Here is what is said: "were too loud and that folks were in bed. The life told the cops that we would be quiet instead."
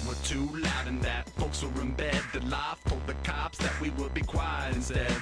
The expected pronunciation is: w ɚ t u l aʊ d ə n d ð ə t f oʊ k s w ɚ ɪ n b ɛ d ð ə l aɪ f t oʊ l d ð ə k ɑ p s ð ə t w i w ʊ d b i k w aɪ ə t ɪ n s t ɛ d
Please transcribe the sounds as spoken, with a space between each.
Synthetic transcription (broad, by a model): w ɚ t u l aʊ d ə n ð ə t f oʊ k s w ɚ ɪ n b ɛ d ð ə l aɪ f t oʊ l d ð ə k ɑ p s ð ə t w i w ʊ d b i k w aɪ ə ɪ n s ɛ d